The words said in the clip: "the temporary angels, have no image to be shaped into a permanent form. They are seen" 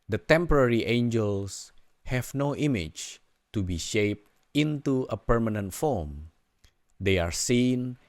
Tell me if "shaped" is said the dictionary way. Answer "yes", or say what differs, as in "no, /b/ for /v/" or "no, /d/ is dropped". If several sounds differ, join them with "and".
yes